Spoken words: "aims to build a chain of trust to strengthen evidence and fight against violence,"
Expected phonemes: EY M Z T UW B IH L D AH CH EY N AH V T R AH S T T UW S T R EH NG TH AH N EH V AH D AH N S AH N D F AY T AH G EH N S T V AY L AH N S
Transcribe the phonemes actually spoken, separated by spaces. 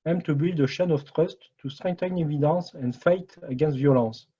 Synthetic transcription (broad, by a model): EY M T UW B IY L D AH SH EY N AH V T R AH S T T UW S T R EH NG T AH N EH V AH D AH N S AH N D F AY T AH G EH N S T V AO L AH S